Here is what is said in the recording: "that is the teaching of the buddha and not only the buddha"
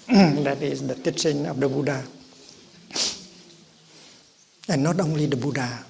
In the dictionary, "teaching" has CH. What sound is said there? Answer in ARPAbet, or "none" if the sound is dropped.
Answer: S